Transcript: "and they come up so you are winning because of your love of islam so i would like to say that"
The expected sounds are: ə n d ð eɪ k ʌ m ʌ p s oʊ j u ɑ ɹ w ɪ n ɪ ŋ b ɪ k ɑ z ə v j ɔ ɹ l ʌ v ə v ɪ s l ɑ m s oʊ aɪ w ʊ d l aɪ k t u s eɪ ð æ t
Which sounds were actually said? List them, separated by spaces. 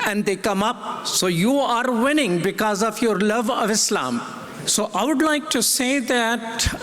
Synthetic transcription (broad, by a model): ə n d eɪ k ʌ m ʌ p s oʊ j u ɑ ɹ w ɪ n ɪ ŋ b ɪ k ɑ z ə v j ɔ ɹ l ʌ v ə v ɪ s l ɑ m s oʊ aɪ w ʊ d l aɪ k t u s eɪ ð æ t